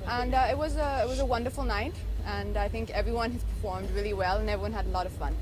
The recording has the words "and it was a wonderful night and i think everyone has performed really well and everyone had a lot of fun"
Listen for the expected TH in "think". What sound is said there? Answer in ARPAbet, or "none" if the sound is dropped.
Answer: TH